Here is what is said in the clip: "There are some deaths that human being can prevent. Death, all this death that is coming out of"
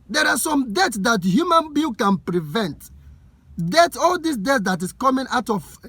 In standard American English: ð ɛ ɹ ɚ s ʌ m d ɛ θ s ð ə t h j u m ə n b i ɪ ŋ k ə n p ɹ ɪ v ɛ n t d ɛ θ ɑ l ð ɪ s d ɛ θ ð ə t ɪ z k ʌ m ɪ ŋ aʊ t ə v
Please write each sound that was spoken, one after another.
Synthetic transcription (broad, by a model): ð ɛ ɹ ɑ s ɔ m d ɛ t s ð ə t h j u m ə n b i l k ə n p ɹ ɪ v ɛ n t d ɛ t ɑ l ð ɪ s d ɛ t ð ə t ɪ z k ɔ m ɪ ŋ aʊ t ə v